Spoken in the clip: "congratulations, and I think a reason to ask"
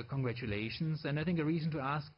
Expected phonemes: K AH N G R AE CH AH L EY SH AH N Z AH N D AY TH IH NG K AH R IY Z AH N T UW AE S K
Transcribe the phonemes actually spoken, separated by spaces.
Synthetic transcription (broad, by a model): K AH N G R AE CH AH L EY SH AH N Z AH N D AY TH IH NG K AH R IY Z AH N T UW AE S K